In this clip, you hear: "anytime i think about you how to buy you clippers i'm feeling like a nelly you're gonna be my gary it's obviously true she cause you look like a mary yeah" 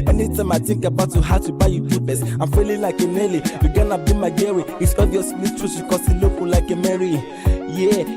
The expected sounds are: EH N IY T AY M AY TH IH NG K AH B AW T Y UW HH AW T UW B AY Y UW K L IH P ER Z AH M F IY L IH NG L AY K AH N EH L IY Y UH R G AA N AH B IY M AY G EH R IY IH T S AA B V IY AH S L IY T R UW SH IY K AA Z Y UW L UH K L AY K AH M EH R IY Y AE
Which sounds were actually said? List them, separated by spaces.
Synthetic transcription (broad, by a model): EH N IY T AY M AY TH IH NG K AH B AW T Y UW HH AW T UW B AY Y UW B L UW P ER S AH M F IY L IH L AY K AH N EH L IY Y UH G AA N AH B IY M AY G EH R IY IH T S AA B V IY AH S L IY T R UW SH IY K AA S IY L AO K L AY K AH M EH R IY Y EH